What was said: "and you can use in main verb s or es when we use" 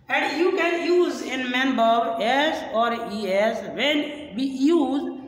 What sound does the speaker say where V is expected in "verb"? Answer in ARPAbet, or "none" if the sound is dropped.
B